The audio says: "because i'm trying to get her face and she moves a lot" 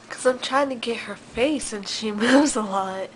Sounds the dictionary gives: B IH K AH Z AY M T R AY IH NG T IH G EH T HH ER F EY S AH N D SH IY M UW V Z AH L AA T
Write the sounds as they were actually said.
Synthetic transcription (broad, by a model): K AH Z AY M T R AY IH NG T IH G EH T HH ER F EY S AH N SH IY M UW V Z AH L AA T